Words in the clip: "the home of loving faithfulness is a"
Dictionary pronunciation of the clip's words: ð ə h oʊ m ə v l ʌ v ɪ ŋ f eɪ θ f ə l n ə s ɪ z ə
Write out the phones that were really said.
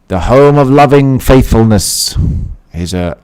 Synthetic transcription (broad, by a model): ð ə h oʊ m ə v l ʌ v ɪ ŋ f eɪ θ f ə l n ə s ɪ z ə